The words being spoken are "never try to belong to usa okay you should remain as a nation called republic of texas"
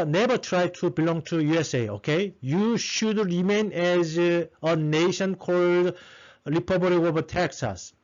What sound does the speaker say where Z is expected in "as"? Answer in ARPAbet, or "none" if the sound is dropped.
Z